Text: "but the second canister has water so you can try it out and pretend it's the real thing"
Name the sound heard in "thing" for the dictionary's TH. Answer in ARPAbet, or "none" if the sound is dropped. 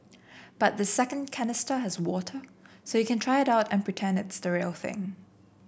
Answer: TH